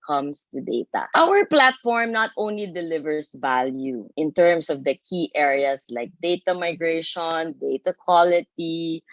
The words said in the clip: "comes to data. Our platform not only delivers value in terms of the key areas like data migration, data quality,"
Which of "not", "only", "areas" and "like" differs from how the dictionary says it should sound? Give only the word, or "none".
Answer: areas